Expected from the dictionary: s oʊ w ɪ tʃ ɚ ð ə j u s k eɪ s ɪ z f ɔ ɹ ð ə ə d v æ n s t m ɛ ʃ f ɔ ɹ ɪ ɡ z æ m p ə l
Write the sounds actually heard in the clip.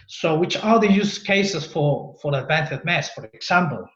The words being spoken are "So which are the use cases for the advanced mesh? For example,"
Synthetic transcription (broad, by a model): s oʊ w ɪ tʃ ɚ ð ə j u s k eɪ s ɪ s f ɔ ɹ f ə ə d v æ n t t m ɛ s f ɔ ɹ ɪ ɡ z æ m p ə l